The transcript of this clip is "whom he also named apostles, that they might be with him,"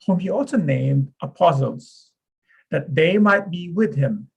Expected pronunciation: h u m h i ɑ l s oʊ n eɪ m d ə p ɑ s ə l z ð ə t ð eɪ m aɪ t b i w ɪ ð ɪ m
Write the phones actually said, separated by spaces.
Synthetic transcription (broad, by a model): h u m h i ɑ l s oʊ n eɪ m d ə p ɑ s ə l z ð ə t ð eɪ m aɪ t b i w ɪ ð ɪ m